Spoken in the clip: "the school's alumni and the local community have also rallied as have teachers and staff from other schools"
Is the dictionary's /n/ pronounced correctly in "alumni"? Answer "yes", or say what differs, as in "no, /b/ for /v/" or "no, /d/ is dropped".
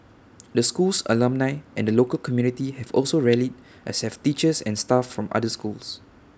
yes